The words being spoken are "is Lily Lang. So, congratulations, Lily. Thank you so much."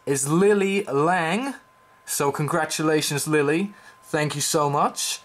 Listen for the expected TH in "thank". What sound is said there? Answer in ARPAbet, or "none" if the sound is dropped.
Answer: TH